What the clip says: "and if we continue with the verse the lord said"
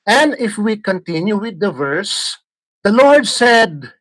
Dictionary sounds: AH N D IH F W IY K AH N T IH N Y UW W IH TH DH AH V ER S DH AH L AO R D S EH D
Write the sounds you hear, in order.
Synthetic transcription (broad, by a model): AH N D IH F W IY K AH N T IH N Y UW W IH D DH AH V ER S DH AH L AO R D S EH D